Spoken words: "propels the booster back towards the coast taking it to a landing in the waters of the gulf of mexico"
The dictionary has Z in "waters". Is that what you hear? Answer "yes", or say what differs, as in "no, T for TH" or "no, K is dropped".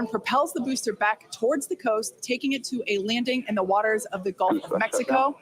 yes